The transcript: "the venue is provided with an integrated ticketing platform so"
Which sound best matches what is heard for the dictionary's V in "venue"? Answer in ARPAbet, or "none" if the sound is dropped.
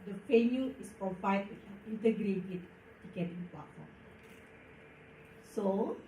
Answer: F